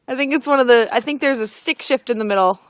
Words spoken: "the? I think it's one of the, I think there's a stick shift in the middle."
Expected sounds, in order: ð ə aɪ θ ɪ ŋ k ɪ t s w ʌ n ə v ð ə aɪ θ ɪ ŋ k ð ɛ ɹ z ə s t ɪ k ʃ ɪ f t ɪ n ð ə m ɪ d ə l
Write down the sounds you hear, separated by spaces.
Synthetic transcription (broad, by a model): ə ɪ θ ɪ ŋ k ɪ t s w ʌ n ə v ð ə aɪ θ ɪ ŋ k ð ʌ ɹ z ə s t ɪ k ʃ ɪ f t ɪ n ð ə m ɪ d l